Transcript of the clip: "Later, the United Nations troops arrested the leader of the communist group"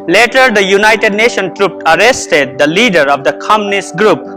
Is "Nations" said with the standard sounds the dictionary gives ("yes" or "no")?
no